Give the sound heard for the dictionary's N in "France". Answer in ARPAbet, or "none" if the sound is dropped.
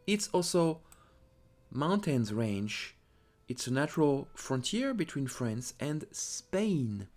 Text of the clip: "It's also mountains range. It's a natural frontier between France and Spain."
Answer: N